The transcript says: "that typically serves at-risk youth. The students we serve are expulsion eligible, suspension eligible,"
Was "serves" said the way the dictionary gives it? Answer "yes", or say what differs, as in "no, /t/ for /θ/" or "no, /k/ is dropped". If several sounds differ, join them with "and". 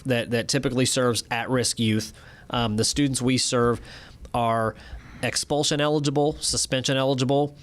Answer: yes